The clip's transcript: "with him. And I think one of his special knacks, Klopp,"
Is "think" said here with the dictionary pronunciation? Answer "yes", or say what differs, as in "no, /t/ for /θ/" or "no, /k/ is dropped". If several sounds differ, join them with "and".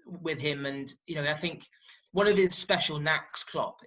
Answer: yes